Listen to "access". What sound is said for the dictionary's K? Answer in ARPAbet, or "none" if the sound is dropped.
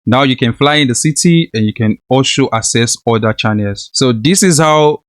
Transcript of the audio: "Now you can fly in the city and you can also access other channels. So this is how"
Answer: none